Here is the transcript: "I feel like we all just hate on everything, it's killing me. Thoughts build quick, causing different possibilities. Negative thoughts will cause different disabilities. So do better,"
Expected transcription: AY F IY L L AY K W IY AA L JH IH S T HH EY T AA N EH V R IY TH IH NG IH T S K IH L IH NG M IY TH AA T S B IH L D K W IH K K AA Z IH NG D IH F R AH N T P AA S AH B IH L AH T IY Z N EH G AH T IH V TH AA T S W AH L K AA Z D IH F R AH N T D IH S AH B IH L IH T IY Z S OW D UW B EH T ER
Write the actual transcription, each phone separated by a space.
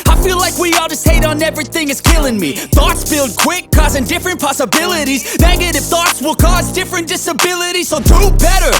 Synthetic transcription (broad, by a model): AY F IY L L AY K W IY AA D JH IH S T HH EY T N EH V R IY TH IH NG IH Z K IH L IH NG M IY TH AA T S B IH L D K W IH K K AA Z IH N D IH F R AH N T P AA S AH B IH L AH T IY Z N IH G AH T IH F TH AA T S W AH L K AA Z D IH F R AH N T D IH S AH B IH L IH T IY Z S OW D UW B EH T ER